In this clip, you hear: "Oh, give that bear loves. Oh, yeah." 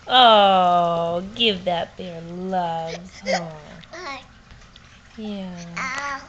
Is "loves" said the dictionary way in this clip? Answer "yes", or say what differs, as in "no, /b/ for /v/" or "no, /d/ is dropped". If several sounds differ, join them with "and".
no, /z/ is dropped